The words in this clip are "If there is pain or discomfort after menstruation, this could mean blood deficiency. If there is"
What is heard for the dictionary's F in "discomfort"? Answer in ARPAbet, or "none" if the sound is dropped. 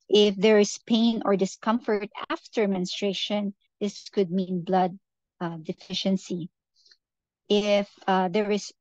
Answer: F